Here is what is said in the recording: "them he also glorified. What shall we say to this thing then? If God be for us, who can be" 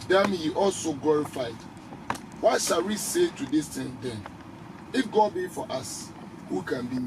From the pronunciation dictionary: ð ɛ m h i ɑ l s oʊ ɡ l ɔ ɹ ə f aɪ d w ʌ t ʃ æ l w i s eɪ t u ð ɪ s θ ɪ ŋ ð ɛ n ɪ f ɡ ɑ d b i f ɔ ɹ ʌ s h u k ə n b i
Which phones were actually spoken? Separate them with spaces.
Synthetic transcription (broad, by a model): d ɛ m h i ɑ l s oʊ ɡ l ɔ ɹ ə f aɪ d w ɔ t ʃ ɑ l w i s eɪ t u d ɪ s t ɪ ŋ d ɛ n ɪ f ɡ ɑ b i f ɔ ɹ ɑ s h u k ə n b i